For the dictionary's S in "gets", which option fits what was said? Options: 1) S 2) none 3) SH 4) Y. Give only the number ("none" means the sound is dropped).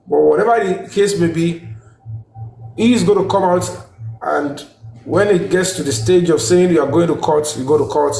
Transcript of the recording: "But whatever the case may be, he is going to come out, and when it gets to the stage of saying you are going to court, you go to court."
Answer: 1